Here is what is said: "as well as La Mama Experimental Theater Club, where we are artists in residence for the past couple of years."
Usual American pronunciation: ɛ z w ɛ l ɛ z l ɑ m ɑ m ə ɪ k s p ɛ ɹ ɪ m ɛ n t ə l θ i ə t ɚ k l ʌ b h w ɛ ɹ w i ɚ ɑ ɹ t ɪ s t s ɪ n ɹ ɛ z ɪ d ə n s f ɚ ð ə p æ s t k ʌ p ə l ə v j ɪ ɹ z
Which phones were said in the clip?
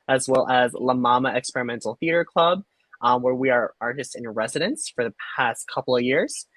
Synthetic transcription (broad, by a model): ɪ z w ɛ l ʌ z l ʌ m ɑ m ə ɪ k s p ɛ ɹ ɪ m ɛ n t l θ i ə t ɚ k l ʌ b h w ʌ ɹ w i ɚ ɑ ɹ t ɪ s t s ɪ n ɹ ɛ z ɪ d ə n s f ɚ ð ə p æ s t k ʌ p l ə v j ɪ ɹ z